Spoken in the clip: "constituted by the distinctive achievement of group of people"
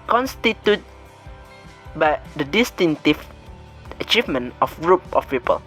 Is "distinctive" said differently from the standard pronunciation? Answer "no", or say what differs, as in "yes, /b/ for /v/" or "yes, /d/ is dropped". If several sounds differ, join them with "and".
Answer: yes, /k/ is dropped